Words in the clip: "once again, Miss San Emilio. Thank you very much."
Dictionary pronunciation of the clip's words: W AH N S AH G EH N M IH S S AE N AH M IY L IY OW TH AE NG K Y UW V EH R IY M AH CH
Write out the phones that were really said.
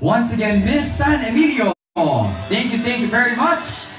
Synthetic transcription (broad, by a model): W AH N S AH G EH N M IH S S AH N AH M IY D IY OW TH AE NG K Y UW V EH R IY M AH CH